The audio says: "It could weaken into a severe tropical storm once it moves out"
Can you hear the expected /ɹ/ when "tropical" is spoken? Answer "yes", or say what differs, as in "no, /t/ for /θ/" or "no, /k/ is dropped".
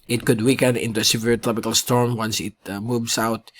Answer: yes